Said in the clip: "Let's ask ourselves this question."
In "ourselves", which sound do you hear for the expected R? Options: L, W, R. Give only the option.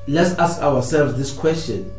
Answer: W